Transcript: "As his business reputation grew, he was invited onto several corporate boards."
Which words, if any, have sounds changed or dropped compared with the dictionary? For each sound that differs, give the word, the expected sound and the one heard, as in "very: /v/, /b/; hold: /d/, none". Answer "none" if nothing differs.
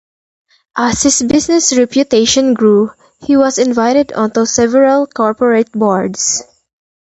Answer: as: /z/, /s/; his: /z/, /s/; business: /z/, /s/; boards: /z/, /s/